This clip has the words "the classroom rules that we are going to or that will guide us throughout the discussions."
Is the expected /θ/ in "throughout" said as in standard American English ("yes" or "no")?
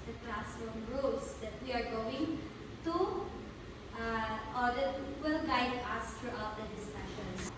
no